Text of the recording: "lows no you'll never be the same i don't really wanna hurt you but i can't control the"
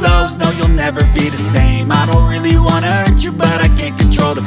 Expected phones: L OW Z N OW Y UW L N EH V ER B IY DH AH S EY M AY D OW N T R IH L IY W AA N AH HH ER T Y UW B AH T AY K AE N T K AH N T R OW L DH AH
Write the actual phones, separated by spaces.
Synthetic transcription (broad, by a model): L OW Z N OW Y UW L N EH V ER B IY DH AH S EY M AY D OW N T R IH L IY W AA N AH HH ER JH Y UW B AH T AY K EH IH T K N T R OW L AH